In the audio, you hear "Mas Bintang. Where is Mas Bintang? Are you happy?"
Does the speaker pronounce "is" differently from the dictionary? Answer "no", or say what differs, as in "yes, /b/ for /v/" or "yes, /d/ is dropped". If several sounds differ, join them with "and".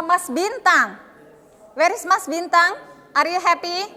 yes, /s/ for /z/